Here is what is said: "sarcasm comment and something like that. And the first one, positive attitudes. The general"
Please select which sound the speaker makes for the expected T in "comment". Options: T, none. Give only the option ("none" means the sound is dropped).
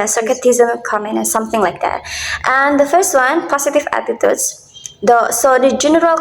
none